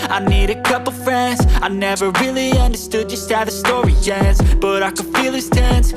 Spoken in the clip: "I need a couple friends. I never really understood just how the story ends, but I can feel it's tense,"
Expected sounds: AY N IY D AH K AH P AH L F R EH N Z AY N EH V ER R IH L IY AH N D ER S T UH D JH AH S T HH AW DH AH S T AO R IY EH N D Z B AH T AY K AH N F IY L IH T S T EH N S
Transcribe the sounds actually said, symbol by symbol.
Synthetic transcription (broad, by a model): AY N IY D AH K AH P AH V F R EH N Z AY N EH V ER R IH L IY AH N D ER S T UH JH AH S T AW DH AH S T AO R IY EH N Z B AH T AY K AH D F IY L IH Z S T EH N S